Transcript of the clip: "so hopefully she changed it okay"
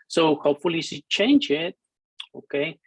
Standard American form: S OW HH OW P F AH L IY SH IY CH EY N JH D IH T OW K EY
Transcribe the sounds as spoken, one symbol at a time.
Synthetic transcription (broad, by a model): S OW HH OW P F AH L IY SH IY CH EY N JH IH T OW K EY